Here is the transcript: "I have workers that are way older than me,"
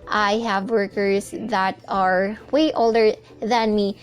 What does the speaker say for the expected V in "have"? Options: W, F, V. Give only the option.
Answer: V